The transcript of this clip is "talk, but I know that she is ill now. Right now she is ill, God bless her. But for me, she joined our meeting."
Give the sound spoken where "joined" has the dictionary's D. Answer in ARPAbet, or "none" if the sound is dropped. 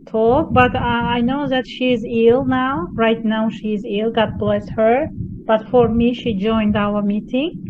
D